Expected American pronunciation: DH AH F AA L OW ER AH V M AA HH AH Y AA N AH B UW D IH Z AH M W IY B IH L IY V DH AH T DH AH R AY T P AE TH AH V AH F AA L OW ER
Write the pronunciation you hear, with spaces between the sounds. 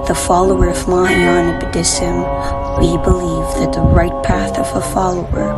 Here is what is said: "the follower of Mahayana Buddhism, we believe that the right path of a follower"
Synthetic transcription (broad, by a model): DH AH F AA L OW ER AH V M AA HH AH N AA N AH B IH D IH S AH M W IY B IH L IY V DH AH T DH AH R AY T P AE TH AH V AH F AA L OW ER